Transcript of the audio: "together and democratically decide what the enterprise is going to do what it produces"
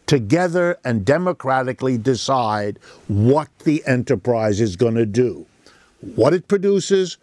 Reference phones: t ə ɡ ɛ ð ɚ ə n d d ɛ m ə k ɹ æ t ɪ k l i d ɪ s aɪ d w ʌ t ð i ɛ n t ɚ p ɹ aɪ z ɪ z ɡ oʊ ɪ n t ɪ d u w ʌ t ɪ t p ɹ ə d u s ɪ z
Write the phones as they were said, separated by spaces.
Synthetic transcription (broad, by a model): t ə ɡ ɛ ð ɚ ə n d d ɛ m ə k ɹ æ t ɪ k l i d ɪ s aɪ d w ʌ t ð i ɛ n t ɚ p ɹ aɪ z ɪ z ɡ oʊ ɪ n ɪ d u w ʌ t ɪ t p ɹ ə d u s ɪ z